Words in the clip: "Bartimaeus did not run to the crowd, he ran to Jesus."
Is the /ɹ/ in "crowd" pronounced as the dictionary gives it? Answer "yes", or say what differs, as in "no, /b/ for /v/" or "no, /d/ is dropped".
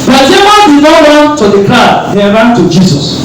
no, /ɹ/ is dropped